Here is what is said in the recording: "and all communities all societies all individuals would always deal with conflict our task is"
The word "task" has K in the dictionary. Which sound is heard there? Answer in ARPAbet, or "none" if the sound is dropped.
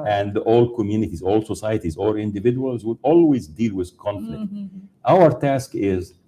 K